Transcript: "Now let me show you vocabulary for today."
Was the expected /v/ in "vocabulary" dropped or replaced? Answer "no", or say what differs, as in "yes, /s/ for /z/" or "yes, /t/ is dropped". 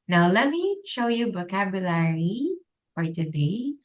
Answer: yes, /b/ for /v/